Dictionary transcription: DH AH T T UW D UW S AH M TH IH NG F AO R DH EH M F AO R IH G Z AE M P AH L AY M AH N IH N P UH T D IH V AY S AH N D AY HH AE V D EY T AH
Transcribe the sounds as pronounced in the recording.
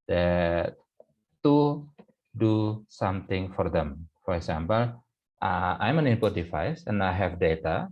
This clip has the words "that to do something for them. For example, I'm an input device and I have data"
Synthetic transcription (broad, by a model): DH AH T T UW D UW S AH M T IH NG F AO R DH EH M F AO R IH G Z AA M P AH L AY M AH N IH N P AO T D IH F AY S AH N AY HH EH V D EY T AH